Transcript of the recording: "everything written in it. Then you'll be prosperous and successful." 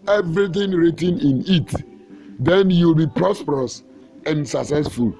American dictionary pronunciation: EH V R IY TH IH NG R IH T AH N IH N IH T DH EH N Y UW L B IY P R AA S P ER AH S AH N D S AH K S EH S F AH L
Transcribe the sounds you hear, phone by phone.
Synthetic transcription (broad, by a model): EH V R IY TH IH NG R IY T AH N IH N IH T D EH N Y UW L B IY P R AA S P ER AH S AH N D S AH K S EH S F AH L